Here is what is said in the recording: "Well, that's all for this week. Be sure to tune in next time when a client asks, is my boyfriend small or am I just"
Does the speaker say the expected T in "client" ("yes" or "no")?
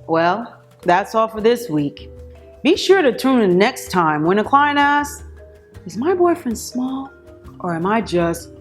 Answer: no